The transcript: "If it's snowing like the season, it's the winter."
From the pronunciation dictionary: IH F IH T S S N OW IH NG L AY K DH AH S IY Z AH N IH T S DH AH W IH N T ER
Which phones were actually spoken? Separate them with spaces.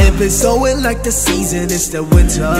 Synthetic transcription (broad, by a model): IH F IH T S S OW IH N L AY K DH AH S IY Z AH N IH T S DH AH W IH N T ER